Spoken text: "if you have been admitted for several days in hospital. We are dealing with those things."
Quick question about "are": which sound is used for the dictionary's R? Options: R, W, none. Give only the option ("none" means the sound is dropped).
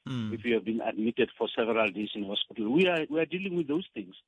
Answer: W